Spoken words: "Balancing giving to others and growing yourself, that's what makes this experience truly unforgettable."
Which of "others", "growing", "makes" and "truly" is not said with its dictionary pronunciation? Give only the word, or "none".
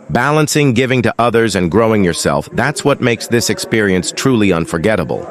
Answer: none